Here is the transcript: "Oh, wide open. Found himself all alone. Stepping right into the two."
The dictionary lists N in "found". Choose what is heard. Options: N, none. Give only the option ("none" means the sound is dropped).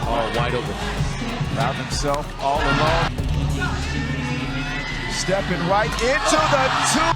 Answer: none